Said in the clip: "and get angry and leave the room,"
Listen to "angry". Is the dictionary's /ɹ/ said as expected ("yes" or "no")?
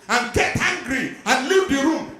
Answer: yes